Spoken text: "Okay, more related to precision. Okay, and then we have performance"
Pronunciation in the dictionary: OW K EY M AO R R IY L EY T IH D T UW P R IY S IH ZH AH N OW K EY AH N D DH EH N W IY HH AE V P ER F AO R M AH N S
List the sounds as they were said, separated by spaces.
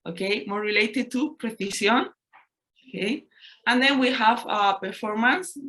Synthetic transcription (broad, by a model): OW K EY M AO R R IY L EY T IH D T UW P R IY TH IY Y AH N OW K EY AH N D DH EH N W IY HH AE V P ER F AO R M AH N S